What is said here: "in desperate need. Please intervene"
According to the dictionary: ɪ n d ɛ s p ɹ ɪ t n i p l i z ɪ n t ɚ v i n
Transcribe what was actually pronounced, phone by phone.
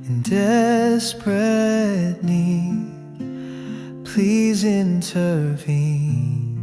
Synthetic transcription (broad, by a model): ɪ n d ɛ s p ɹ ɪ t l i p l i z ɪ n t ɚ v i n